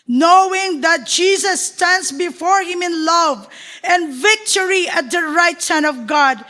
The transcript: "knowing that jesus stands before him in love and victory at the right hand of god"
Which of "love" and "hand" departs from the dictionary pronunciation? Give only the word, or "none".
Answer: hand